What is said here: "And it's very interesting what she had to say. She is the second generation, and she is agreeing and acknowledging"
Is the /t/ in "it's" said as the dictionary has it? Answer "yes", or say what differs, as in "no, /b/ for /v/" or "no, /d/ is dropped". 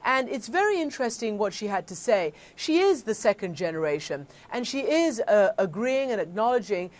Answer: yes